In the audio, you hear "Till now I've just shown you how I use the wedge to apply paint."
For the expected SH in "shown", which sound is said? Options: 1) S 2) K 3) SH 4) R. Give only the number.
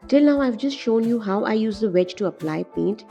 3